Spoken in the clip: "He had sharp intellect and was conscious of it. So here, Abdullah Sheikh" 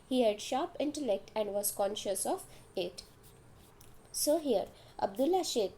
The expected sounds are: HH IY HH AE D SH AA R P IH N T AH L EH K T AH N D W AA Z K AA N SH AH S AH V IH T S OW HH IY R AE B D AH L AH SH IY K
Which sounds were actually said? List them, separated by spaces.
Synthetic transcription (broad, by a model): HH IY HH AE D SH AA R P IH N T AH L EH K T AH N D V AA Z K AA N SH AH S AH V IH T S OW HH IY R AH B D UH L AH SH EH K